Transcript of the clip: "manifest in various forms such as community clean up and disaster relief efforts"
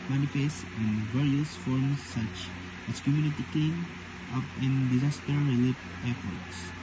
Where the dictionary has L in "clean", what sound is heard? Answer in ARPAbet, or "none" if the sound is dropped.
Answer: none